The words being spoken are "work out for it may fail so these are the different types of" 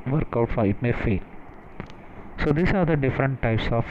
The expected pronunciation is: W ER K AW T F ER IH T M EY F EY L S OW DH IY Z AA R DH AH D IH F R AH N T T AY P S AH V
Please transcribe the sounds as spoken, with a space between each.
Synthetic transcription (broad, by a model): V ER K AW T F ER IH T M EY F EY L S OW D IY S AA R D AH D IH F R AH N T T AY P S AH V